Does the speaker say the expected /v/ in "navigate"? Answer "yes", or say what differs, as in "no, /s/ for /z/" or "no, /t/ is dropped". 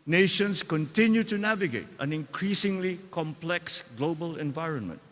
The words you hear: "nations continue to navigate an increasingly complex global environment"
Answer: yes